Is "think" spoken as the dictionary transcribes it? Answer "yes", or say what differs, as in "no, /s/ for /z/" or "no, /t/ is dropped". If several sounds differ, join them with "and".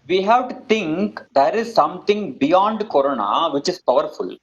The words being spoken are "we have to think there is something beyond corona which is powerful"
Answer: no, /t/ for /θ/